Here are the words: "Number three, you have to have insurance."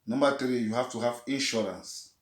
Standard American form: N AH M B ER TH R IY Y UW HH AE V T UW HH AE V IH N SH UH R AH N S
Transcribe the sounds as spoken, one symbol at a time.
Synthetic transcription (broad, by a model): N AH M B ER T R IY Y UW HH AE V T UW HH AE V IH N SH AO R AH N S